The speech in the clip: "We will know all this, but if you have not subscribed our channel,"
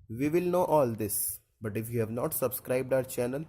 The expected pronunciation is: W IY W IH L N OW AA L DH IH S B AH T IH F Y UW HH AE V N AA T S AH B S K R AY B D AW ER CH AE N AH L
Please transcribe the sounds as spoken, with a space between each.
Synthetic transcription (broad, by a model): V IY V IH L N OW AA L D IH S B AH T IH F Y UW HH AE V N AA T S AH B S K R AY B D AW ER CH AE N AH L